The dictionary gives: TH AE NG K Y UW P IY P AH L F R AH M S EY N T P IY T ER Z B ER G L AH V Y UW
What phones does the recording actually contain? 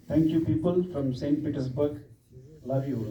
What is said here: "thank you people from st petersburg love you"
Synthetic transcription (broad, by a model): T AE NG K Y UW P IY P AH L F R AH M S EY N T P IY T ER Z B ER G L AH V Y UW